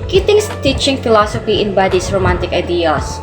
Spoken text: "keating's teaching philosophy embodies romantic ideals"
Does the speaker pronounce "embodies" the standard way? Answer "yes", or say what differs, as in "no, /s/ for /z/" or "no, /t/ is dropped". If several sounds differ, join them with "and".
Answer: no, /s/ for /z/